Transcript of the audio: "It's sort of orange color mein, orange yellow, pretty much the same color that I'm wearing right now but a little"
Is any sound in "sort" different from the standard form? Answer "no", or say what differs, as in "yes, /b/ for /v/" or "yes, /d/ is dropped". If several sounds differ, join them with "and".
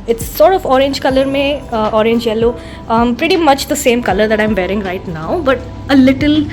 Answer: no